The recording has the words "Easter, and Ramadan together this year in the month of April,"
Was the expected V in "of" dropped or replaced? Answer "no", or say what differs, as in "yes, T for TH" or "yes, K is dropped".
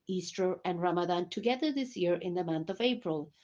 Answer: no